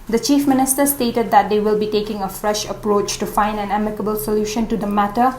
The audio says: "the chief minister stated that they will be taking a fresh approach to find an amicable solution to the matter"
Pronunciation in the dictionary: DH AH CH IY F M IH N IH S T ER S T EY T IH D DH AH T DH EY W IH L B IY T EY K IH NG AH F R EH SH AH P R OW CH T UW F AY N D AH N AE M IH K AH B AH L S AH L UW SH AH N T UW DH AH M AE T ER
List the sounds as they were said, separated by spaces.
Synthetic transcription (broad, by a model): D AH CH IY F M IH N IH S T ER S T EY T IH D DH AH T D EY W IH L B IY T EY K IH NG AH F R EH SH AH P R OW CH T UW F AY N D AH N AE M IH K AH B AH L S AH L UW SH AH N T UW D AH M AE T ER